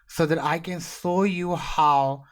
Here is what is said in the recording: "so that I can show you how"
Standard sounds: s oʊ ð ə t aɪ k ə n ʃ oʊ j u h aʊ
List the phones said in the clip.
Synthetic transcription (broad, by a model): s oʊ ð ə t aɪ k ə n s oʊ j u h aʊ